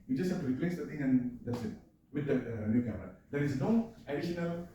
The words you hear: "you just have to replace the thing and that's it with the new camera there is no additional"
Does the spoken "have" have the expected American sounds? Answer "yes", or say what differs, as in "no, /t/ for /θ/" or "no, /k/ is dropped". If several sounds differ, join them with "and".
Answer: no, /f/ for /v/